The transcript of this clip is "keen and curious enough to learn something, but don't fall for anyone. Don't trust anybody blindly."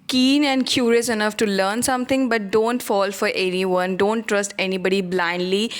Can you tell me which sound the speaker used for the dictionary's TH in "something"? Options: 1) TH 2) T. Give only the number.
2